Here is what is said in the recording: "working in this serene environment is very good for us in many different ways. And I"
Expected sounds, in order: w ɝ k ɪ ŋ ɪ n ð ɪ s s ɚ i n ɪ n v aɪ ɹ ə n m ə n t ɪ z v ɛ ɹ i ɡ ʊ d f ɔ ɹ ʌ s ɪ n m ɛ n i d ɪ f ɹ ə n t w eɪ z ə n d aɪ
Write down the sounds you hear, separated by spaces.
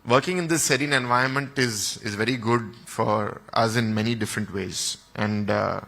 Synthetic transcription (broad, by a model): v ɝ k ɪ ŋ ɪ n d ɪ s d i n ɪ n v aɪ ə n m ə n t ɪ z v ɛ ɹ i ɡ ʊ d f ɔ ɹ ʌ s ɪ n m ɛ n i d ɪ f ɹ ə n t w eɪ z ə n d